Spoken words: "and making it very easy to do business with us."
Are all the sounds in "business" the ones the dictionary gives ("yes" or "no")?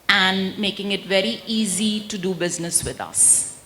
yes